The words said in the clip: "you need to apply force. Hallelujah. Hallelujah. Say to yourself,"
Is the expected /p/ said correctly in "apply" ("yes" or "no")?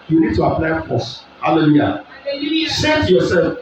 yes